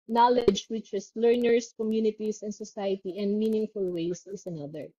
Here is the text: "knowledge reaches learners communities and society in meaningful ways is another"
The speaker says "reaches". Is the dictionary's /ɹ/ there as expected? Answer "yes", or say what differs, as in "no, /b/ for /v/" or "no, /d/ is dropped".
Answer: no, /w/ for /ɹ/